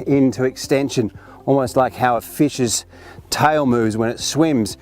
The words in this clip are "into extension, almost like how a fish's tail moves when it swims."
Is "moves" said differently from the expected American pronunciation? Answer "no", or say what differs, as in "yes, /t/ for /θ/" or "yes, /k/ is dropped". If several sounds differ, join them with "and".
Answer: no